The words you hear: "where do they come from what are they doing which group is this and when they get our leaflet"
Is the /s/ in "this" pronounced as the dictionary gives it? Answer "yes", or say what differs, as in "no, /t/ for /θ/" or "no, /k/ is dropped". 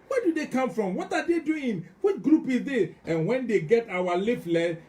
no, /s/ is dropped